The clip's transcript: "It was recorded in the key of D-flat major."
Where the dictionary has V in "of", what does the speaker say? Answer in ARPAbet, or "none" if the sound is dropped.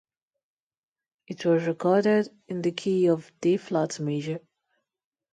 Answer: V